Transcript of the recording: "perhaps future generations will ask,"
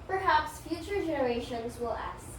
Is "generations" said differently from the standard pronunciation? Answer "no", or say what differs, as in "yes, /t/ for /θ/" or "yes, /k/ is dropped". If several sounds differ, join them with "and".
no